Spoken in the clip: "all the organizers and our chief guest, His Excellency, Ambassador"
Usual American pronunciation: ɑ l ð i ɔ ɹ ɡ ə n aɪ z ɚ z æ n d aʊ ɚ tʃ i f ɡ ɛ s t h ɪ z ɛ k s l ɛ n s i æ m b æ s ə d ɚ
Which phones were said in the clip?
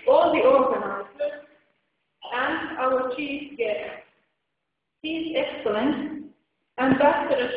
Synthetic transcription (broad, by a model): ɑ l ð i ɔ ɹ ɡ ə n aɪ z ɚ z æ n d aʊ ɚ tʃ i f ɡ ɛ t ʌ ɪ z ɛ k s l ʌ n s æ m b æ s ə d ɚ